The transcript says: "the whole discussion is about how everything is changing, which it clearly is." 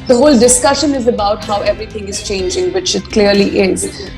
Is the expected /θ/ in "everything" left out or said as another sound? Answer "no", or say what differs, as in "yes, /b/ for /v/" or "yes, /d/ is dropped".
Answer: yes, /t/ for /θ/